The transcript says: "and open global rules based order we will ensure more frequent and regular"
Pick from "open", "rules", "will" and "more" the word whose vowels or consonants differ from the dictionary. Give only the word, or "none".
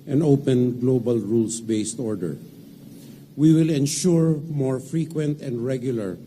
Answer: rules